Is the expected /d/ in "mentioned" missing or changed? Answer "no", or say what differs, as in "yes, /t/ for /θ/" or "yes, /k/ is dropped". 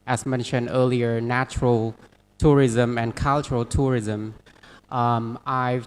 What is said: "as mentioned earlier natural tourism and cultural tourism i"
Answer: no